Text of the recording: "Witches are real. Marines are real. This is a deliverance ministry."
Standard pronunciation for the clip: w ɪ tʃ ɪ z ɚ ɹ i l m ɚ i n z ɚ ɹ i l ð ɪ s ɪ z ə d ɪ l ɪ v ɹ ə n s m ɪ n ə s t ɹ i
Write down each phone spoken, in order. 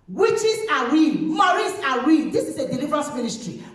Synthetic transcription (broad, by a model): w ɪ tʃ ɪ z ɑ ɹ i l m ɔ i z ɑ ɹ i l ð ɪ s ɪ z ə d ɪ l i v ɹ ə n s m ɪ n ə s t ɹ i